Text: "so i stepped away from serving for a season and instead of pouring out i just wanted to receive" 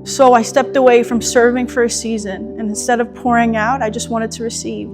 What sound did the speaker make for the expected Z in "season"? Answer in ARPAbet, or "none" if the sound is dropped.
Z